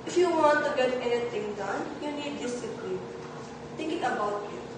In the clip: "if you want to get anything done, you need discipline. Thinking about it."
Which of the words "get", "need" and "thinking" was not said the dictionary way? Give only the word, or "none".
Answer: thinking